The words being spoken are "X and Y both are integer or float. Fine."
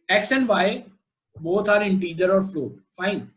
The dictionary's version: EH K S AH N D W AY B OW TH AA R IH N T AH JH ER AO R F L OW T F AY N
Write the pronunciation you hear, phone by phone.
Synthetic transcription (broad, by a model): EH K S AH N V AY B OW T AA R IH N T AH JH ER AO R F L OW F AY N